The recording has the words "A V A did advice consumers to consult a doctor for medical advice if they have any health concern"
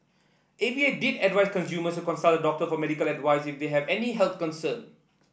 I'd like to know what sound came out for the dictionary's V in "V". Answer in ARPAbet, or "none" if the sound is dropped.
B